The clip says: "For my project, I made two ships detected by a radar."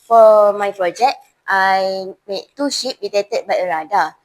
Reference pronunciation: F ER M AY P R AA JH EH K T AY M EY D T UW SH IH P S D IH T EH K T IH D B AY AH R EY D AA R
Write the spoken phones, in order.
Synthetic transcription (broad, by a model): F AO M AY P R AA JH EH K T AY M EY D T UW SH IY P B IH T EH T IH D B AY AH R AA D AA